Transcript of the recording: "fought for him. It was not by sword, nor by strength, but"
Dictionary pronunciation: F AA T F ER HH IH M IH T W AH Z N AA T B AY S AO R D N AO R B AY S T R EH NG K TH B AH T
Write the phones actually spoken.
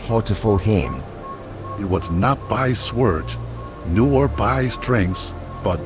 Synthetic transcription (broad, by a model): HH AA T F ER HH IH M IH T W AH Z N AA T B AY S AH R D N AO R B AY S T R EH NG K S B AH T